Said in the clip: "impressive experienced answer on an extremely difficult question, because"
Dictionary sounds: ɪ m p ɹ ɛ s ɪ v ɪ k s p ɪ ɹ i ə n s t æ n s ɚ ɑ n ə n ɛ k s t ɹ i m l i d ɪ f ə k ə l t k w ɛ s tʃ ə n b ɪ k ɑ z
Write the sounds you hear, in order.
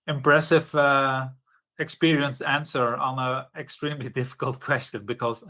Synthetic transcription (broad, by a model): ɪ m p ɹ ɛ s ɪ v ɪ k s p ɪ ɹ i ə n s æ n s ɚ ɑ n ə ɛ k s t ɹ i m l i d ɪ f ə k ə l t k w ɛ s tʃ ə n b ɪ k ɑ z